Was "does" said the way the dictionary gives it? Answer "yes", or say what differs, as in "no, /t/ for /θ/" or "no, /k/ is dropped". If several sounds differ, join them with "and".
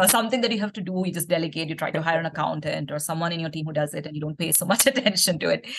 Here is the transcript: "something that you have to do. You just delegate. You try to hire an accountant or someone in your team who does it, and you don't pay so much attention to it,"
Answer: yes